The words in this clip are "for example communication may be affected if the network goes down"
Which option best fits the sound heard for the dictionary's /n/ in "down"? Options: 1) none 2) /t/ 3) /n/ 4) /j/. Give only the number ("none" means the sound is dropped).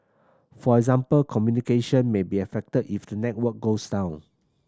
3